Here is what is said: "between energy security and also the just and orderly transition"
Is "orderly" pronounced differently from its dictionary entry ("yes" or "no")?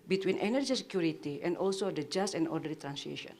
yes